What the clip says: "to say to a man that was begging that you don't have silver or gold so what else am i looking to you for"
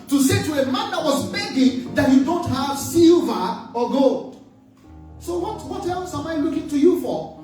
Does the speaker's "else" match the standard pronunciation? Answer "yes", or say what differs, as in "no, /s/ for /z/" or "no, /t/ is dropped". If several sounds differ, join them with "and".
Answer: no, /l/ is dropped